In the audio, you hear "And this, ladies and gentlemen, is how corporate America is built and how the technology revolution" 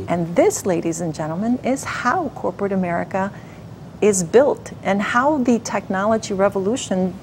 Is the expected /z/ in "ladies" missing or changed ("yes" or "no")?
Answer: no